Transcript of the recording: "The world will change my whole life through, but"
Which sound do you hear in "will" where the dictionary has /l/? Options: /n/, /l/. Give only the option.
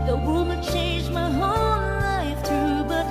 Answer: /n/